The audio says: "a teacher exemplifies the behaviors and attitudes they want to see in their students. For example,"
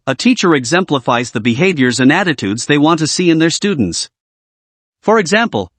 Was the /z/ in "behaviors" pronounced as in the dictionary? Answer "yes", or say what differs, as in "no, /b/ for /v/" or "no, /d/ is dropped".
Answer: yes